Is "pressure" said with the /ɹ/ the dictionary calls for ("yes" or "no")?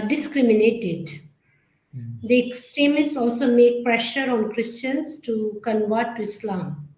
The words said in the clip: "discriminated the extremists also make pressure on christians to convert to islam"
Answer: yes